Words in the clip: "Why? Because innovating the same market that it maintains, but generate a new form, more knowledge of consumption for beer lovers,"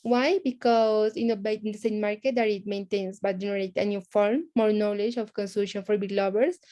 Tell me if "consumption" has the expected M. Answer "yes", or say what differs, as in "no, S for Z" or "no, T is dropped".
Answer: no, M is dropped